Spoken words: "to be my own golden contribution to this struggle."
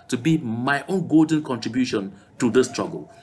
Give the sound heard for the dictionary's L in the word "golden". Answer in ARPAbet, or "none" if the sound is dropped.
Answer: L